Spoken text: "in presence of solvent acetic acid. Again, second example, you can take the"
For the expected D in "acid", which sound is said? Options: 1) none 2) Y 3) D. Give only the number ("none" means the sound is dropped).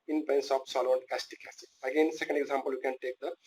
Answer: 1